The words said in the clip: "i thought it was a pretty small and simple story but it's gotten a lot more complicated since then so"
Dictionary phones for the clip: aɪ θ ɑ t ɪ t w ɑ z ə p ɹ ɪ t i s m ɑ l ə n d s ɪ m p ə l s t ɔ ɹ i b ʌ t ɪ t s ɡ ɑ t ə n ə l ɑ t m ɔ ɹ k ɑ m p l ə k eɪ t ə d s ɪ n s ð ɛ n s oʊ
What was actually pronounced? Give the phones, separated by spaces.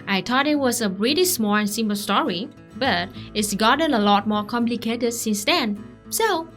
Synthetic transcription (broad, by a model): aɪ t ɑ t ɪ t w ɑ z ə ɹ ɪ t i s m ɑ l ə n s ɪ m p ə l s t ɔ ɹ i b ʌ t ɪ t s ɡ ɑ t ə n ə l ɑ t m ɔ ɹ k ɑ m p l ə k eɪ t ə d s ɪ n s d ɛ n s oʊ